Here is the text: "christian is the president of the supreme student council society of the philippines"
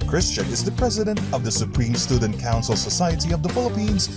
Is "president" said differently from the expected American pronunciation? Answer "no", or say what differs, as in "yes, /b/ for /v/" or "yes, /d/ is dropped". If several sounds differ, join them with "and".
no